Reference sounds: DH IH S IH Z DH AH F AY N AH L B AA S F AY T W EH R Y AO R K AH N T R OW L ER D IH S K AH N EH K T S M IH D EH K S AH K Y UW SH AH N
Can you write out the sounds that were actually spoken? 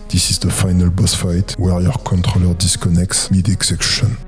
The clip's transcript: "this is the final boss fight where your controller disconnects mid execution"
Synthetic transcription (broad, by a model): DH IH S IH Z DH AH F AY N AH L B AA S F AY T W EH R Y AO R K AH N T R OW L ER D IH S K AH N EH K T S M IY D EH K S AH K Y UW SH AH N